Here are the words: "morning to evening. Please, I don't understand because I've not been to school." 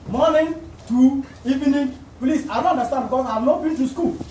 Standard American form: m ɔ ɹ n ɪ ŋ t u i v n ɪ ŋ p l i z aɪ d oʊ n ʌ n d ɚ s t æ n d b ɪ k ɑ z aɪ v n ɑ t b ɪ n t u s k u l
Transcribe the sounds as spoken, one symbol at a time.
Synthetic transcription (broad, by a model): m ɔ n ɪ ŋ t u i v n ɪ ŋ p l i s aɪ d oʊ n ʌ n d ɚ s t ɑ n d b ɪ ɑ aɪ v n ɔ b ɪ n t u s k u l